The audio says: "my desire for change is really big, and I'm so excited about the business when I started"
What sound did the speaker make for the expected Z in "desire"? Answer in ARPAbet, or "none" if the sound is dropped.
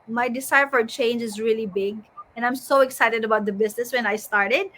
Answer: S